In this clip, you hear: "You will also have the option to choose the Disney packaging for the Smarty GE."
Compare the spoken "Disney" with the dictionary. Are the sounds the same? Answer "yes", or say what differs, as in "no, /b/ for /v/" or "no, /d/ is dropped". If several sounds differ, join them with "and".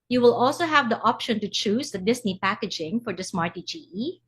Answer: no, /s/ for /z/